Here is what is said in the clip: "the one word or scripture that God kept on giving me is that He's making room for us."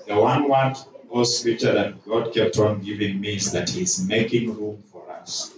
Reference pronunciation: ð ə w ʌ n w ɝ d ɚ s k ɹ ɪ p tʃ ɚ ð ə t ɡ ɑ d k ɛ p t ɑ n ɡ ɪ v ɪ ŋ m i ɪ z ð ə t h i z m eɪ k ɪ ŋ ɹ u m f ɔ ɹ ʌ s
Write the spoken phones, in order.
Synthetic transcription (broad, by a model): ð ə w ʌ n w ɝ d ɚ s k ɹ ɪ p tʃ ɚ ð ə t ɡ ɑ d k ɛ p t ɑ n ɡ ɪ v ɪ ŋ m i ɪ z ð ə t h i z m eɪ k ɪ ŋ ɹ u m f ɔ ɹ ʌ s